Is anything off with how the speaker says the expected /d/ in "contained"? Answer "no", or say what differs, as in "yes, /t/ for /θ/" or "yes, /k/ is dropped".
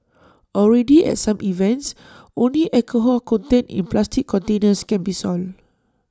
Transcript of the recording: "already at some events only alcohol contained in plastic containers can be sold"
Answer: yes, /d/ is dropped